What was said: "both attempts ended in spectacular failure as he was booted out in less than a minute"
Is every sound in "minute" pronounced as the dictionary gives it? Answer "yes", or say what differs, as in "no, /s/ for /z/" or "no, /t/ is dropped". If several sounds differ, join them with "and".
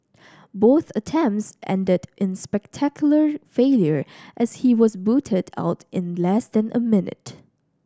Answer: yes